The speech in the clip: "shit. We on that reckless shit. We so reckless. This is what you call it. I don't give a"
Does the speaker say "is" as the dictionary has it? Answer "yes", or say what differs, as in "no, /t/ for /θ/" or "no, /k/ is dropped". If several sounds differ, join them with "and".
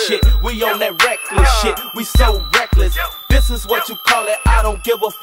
yes